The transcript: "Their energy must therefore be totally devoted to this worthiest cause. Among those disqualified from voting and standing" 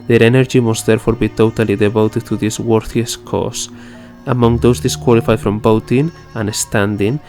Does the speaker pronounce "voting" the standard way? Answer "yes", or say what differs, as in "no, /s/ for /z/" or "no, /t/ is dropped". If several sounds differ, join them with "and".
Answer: no, /b/ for /v/